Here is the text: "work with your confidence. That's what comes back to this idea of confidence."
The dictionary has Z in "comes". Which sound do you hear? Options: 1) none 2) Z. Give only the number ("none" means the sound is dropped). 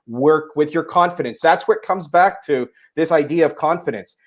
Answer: 2